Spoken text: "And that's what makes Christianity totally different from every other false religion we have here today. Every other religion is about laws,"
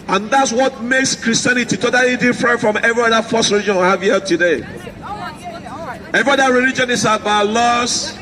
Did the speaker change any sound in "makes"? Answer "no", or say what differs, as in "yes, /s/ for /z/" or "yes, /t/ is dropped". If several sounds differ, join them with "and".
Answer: no